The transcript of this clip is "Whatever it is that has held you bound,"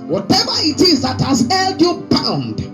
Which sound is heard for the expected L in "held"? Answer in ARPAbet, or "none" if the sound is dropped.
L